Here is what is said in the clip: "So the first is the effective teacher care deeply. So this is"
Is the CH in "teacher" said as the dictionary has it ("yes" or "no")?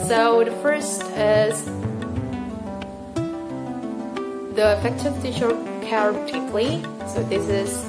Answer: no